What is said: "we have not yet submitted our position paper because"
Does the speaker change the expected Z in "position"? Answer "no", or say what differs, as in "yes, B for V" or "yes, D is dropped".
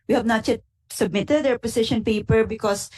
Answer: yes, S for Z